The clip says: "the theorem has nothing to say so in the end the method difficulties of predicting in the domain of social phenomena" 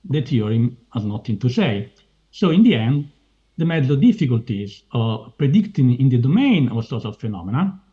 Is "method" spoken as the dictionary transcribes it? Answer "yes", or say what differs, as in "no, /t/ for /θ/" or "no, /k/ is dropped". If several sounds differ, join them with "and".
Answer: no, /t/ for /θ/